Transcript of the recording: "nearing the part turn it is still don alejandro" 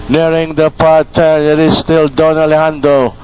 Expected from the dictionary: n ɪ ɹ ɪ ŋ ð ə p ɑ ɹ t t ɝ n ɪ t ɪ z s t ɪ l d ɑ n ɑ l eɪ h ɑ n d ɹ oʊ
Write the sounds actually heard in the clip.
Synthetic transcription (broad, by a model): n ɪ ɹ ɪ ŋ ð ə p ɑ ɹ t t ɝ ɪ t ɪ s t ɪ l d ɑ n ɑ l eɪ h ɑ n d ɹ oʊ